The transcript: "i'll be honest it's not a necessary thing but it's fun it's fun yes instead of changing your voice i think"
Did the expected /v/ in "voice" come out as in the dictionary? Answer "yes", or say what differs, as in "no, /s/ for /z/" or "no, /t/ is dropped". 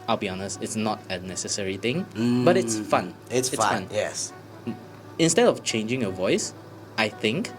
yes